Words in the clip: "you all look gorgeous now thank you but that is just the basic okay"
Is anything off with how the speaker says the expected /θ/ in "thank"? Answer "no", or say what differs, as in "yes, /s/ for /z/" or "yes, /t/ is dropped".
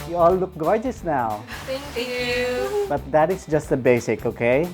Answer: yes, /t/ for /θ/